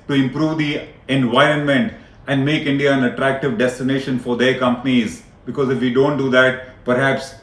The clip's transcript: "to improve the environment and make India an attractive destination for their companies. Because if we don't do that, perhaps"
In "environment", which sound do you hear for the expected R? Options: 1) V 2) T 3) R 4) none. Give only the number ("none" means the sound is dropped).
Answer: 3